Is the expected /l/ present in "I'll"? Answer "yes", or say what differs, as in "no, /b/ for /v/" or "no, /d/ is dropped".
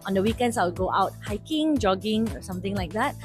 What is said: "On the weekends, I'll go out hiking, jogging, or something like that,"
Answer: no, /w/ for /l/